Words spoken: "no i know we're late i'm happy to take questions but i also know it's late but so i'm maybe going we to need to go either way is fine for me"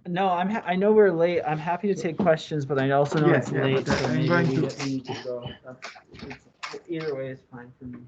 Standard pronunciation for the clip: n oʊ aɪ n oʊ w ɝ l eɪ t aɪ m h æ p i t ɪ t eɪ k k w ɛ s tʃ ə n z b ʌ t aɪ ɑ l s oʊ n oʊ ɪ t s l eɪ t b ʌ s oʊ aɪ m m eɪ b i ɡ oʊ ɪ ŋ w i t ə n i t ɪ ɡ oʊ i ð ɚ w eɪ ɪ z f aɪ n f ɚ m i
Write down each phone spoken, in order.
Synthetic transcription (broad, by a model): n oʊ aɪ n oʊ w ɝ l eɪ t aɪ m h æ p i t ɪ t eɪ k k w ɛ s tʃ ə n z b ʌ t aɪ ɑ l s oʊ n oʊ ɪ t s l eɪ t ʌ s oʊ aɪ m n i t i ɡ oʊ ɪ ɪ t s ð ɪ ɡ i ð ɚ w eɪ ɪ z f aɪ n f ɚ m i